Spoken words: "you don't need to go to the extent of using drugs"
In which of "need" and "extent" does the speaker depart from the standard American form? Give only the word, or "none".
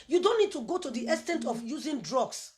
extent